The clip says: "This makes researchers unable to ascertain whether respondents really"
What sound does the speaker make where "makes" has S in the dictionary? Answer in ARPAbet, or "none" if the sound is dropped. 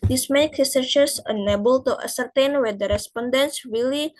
none